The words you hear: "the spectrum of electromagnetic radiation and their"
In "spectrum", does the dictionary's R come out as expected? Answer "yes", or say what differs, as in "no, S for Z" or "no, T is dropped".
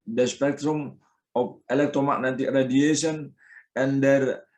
yes